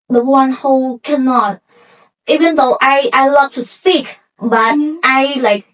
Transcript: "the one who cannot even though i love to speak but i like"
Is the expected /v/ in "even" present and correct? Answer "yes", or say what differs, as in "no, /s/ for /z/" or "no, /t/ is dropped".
yes